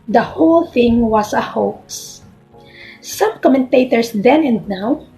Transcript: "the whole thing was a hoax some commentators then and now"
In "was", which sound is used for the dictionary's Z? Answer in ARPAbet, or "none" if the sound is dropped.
S